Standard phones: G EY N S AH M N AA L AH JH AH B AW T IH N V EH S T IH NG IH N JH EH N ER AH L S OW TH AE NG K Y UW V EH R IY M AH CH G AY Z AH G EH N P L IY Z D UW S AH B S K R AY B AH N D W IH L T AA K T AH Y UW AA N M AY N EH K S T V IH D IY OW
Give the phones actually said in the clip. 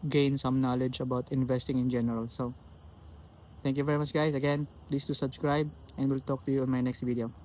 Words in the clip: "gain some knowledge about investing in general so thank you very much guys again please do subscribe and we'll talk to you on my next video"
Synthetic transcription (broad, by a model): G EY N S AH M N AA L AH JH AH B AW T IH N V EH S T IH NG IH N JH EH N ER AH L S OW T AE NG K Y UW V EH R IY M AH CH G AY S AH G EH N P L IY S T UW S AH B S K R AY B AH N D W IH L T AA K T AH Y UW AA N M AY N EH K S T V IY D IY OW